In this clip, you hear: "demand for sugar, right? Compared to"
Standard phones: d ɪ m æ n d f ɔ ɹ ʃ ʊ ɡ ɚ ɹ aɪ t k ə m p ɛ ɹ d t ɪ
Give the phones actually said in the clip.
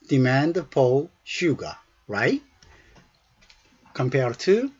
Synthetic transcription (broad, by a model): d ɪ m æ n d p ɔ l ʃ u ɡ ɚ ɹ aɪ t k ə m p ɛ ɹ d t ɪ